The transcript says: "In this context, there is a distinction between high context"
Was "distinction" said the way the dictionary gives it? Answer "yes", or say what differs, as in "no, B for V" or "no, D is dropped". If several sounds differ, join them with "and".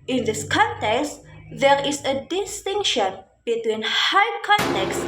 yes